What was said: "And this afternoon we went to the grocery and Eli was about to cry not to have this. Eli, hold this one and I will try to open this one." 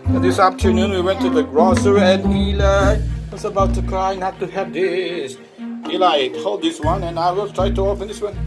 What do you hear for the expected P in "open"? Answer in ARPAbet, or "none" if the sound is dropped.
F